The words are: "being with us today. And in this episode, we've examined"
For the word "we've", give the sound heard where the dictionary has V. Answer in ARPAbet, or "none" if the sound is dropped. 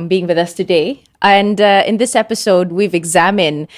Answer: V